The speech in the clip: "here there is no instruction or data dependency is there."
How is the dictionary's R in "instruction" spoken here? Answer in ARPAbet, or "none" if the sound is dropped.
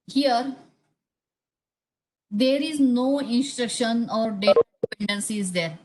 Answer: R